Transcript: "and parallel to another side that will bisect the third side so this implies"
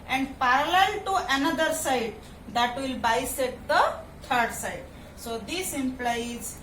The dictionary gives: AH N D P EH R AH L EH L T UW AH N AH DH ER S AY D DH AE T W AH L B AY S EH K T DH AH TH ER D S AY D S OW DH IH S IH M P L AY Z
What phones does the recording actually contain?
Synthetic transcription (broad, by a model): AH N D P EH R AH L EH L T UW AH N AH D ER S AY D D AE T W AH L B AY S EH T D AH T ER D S AY D S OW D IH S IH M P L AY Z